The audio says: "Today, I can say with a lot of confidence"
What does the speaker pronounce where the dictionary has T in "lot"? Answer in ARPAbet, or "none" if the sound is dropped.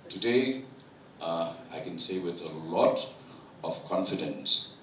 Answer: T